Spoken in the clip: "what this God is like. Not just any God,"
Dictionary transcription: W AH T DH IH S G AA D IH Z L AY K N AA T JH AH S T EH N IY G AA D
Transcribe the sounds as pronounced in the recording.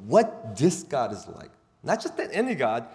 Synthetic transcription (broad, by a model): W AH T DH IH S G AA D IH Z L AY K N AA T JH AH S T EH N IY G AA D